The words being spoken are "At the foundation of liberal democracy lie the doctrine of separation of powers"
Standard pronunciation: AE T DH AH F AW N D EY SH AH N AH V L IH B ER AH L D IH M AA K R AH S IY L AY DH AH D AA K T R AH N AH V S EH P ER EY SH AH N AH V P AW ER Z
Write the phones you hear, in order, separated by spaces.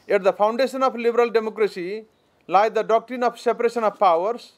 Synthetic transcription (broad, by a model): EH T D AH P AW N D EY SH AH N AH P L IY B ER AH L D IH M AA K R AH S IY L AY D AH D AA K T R AH N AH P S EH P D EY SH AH N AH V P AW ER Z